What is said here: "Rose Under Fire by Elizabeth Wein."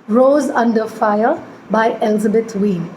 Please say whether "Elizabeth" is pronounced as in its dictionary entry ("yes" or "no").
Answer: no